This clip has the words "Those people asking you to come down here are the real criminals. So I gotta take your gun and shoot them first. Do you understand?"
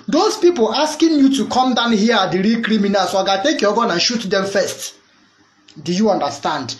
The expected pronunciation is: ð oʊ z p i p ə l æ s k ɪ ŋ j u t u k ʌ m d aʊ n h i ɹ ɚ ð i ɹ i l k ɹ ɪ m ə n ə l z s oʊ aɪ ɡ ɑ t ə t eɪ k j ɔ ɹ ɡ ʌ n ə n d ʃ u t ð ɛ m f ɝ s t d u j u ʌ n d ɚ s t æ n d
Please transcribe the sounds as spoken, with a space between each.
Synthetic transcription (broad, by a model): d oʊ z p i p ə l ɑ s k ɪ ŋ j u t u k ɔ m d aʊ n h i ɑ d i ɹ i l k ɹ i m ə n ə l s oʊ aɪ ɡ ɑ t t eɪ k j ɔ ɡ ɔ n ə n ʃ u t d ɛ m f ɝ s t d u j u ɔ n d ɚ s t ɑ n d